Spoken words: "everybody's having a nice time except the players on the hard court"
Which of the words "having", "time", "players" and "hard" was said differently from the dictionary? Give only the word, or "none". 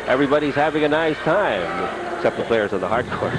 none